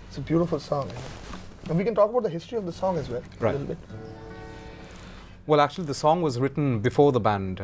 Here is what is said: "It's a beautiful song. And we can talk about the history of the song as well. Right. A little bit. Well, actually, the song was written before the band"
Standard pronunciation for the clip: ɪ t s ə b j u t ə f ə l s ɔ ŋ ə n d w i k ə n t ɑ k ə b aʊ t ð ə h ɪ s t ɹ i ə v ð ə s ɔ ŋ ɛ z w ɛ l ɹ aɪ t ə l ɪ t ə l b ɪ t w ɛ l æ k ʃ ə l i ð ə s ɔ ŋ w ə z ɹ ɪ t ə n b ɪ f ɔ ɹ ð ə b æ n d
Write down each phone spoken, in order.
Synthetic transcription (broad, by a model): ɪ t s ə b j u t ə f ə l s ɔ ŋ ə n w i k ə n t ɑ k ə b aʊ t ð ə h ɪ s t ɹ i ə v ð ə s ɔ ŋ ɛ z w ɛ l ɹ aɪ ə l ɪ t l b ɪ t w ɛ l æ k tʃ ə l i ð ə s ɔ ŋ w ə z ɹ ɪ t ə n b ɪ f ɔ ɹ ð ə b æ n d